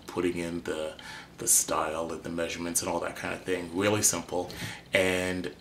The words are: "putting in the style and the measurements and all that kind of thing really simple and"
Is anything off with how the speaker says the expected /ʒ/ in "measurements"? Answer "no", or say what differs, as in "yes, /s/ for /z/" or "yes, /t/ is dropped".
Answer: no